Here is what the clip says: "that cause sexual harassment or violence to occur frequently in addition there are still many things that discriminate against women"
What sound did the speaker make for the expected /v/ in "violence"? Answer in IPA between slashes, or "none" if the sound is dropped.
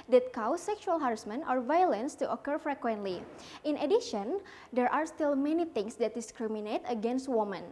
/v/